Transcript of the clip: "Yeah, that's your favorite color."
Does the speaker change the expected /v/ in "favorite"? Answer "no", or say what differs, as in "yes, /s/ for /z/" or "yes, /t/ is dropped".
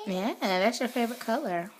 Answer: no